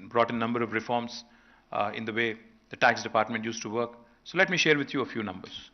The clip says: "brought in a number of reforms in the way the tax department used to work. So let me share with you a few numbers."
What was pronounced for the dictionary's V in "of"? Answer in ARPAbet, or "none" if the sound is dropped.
V